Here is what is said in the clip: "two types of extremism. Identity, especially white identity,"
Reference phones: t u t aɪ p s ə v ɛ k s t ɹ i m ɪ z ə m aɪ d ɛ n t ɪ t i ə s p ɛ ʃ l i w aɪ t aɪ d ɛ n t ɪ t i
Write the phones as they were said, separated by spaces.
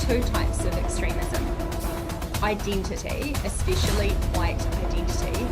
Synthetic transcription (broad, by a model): t u t aɪ p s ə v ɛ k s t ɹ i m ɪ z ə m aɪ d ɛ n t ɪ t i ə s p ɛ ʃ l i w aɪ t aɪ d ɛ n t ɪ t i